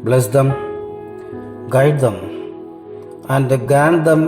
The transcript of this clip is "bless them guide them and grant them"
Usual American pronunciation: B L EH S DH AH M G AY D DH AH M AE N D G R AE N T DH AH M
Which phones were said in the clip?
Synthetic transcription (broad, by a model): B L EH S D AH M G AY D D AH M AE N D G AE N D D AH M